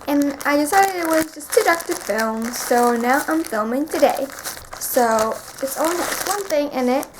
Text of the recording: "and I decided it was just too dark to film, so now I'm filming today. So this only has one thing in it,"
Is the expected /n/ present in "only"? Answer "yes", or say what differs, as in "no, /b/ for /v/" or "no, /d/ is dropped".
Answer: no, /n/ is dropped